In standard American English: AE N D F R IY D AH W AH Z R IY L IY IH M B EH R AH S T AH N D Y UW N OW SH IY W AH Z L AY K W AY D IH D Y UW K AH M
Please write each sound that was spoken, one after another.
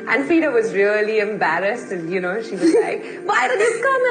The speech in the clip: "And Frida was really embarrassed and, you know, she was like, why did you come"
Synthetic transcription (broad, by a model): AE N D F IY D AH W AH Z R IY L IY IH M B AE R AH S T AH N Y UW N OW SH IY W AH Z L AY K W AY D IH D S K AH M